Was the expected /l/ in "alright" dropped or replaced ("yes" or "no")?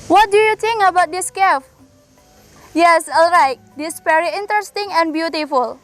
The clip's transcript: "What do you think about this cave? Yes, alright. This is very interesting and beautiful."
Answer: no